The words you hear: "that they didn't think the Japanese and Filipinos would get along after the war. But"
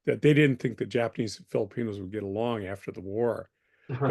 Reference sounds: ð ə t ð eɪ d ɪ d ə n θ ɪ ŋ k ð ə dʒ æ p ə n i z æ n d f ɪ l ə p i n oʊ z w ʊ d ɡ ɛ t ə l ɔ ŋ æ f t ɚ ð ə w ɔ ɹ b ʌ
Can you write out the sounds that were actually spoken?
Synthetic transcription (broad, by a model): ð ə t ð eɪ d ɪ d n θ ɪ ŋ k ð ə dʒ æ p ə n i z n f ɪ l ə p i n oʊ z w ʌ d ɡ ɛ t ə l ɔ ŋ æ f t ɚ ð ə w ɔ ɹ